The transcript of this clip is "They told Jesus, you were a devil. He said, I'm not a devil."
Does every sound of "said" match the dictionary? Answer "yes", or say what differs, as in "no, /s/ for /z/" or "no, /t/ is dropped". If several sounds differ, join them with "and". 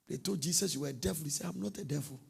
no, /d/ is dropped